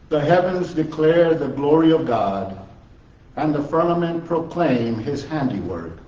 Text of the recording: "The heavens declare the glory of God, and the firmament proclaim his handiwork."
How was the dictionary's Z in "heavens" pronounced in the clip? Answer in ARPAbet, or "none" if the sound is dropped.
Z